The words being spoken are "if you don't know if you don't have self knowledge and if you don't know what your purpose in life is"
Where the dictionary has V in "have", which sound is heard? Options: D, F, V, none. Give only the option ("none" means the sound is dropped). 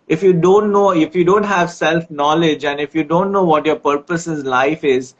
V